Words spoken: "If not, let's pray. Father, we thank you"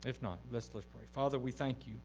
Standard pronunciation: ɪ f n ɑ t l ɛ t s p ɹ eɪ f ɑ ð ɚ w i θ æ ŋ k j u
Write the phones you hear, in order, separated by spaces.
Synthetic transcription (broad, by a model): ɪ f n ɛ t l ɛ t s p ɹ eɪ f ɑ ð ɚ w i θ æ ŋ k j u